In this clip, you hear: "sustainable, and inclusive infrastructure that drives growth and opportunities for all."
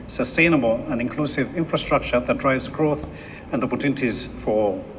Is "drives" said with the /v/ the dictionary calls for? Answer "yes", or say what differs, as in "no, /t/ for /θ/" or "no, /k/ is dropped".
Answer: yes